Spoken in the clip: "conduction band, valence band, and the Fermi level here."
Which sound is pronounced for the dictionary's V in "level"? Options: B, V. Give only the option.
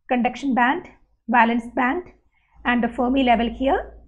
V